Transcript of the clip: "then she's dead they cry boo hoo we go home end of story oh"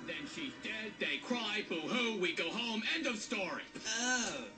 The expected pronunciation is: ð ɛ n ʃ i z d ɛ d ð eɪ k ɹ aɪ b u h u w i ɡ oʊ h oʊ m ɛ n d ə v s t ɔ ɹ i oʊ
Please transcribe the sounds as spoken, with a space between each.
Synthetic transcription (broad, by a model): ð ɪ n ʃ i z d ɛ d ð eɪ k ɹ aɪ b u h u w i ɡ oʊ h oʊ m ɛ n d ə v s t ɔ ɹ i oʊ